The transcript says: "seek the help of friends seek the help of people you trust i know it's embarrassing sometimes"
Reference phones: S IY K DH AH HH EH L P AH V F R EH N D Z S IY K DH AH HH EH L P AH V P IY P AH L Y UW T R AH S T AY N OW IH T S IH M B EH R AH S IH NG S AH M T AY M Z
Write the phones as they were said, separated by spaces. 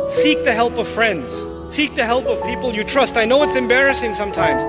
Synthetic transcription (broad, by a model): S IY K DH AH HH EH L P AH V F R EH N D Z S IY K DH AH HH EH L P AH V P IY P AH L Y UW T R AH S T AY N OW IH T S IH M B EH R AH S IH NG S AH M T AY M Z